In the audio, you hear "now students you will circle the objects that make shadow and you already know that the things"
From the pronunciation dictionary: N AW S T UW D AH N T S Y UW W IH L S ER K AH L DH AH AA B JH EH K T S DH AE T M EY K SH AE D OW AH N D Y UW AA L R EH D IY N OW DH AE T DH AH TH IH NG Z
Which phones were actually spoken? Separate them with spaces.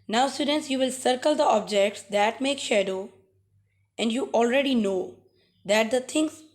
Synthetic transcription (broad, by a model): N AW S T UW D AH N T S Y UW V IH L S ER K AH L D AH AA B JH EH K T S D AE T M EY K SH AE D OW AH N D Y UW AA L R EH D IY N OW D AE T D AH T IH NG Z